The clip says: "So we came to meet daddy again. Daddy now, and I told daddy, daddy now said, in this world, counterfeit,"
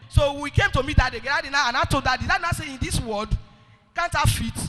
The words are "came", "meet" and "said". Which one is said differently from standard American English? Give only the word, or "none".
said